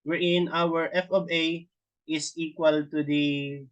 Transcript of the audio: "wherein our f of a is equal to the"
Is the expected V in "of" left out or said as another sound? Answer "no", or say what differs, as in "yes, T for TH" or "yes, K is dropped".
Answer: yes, B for V